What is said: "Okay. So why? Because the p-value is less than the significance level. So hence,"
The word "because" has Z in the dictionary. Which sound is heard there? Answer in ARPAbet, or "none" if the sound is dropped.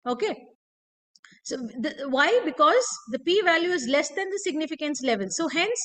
Z